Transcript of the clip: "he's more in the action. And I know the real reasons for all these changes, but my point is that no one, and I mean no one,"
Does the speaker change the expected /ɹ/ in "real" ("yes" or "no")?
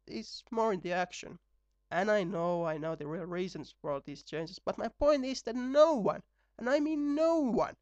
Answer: no